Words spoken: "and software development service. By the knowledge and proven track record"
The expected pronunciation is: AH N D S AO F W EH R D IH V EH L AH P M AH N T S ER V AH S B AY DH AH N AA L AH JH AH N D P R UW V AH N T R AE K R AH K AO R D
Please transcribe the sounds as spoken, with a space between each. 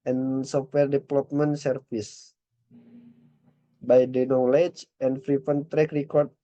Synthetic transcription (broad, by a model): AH N S AO F W EH R D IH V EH L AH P M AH N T S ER F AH S B AY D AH N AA L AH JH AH N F R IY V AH N T R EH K R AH K AO R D